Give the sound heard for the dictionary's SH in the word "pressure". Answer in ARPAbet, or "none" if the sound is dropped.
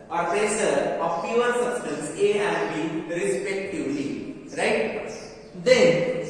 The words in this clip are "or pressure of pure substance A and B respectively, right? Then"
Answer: S